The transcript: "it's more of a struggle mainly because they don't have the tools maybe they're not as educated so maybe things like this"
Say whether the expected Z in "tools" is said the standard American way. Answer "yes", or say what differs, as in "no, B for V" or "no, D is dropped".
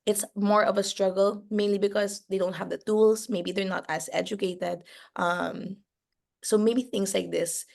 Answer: no, S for Z